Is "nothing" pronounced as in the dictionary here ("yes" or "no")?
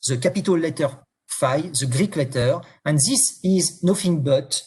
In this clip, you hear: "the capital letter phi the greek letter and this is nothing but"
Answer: no